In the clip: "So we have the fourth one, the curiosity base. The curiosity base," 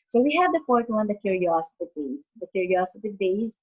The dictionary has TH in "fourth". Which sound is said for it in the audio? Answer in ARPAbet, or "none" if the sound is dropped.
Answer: T